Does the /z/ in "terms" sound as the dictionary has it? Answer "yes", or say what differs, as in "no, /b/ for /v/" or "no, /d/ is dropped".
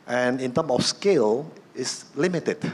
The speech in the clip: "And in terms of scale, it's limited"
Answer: no, /z/ is dropped